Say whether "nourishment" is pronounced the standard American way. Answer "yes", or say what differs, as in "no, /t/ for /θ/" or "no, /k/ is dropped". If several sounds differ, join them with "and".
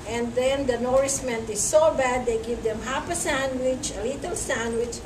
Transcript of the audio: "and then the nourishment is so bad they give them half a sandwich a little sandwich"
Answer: no, /s/ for /ʃ/